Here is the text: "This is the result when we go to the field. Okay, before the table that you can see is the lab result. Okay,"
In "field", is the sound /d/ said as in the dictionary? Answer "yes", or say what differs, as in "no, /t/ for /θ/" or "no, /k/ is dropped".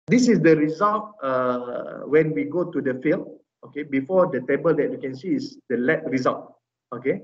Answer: no, /d/ is dropped